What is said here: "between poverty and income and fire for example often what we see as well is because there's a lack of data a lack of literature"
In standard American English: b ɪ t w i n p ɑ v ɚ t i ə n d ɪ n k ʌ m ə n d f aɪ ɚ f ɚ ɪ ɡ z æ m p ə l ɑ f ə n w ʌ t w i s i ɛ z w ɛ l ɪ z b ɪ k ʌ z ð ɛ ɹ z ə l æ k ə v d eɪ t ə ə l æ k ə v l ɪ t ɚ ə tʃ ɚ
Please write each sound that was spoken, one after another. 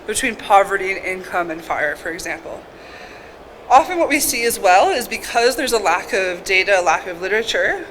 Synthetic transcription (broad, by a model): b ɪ t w i n p ɑ v ɚ t i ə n ɪ n k ʌ m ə n f aɪ ɚ f ɚ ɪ ɡ z æ m p l ɑ f ə n w ʌ t w i s i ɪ z w ɛ l ɪ z b ɪ k ʌ z ð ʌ ɹ z ə l æ k ə v d eɪ t ə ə l æ k ə v l ɪ t ɚ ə tʃ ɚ